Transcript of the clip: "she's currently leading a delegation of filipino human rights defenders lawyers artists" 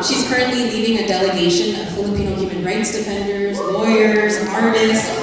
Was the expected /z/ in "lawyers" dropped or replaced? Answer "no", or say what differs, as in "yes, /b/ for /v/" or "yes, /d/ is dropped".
no